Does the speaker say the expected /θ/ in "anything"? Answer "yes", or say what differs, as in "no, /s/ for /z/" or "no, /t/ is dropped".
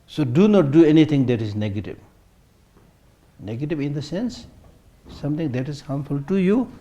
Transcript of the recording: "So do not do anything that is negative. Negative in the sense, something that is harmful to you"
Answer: no, /t/ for /θ/